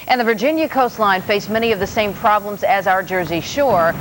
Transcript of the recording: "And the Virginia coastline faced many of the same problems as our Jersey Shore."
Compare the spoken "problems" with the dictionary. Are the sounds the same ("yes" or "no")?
yes